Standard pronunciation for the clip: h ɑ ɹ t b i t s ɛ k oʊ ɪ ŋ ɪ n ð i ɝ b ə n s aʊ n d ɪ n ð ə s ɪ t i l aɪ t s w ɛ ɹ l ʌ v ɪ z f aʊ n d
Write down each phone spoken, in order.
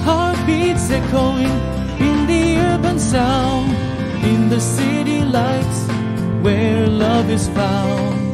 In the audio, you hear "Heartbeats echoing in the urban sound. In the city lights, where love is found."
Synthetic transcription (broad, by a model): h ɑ ɹ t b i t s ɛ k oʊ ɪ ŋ ɪ n ð i ɝ b ə n s aʊ n d ɪ n ð ə s ɪ t i l aɪ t s w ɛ ɹ l ʌ v ɪ z f aʊ n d